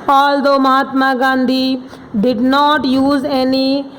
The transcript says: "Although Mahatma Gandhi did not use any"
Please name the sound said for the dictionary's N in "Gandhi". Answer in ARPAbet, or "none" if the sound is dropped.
N